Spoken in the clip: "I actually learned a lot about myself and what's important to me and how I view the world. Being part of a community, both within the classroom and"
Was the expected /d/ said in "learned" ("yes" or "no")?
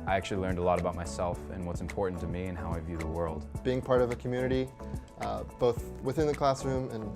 yes